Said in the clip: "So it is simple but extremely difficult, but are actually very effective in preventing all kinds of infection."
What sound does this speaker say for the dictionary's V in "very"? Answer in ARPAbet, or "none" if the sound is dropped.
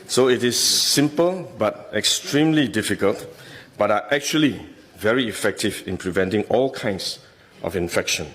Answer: V